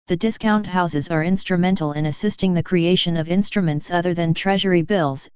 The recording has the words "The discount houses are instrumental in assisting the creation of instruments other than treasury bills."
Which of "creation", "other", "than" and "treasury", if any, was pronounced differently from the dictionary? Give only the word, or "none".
none